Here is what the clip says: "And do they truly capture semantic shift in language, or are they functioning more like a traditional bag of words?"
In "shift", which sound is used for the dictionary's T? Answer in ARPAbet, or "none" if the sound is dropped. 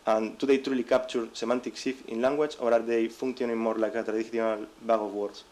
none